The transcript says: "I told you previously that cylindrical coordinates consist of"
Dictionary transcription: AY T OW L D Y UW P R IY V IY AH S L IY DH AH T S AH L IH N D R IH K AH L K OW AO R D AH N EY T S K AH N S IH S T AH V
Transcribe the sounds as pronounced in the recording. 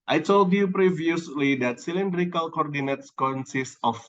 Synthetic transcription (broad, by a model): AY T OW L D Y UW P R IY V IY AH S L IY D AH T S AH L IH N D R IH K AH L K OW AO R D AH N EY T S K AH N S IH S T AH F